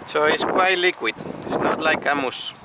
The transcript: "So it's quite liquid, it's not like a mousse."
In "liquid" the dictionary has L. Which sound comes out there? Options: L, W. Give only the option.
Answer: L